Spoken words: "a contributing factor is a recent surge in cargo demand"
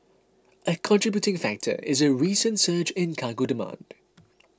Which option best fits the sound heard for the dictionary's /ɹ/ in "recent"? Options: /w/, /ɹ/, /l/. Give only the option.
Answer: /ɹ/